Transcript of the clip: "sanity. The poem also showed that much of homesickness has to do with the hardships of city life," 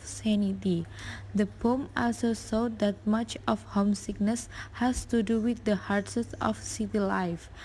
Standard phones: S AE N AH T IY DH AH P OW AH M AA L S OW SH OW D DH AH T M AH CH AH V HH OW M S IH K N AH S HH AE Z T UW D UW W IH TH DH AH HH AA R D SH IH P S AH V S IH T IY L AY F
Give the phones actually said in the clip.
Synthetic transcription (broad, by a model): S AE N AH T IY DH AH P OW M AA L S OW S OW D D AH T M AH CH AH F HH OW M S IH K N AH S HH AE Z T UW D UW W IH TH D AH HH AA R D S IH S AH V S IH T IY L AY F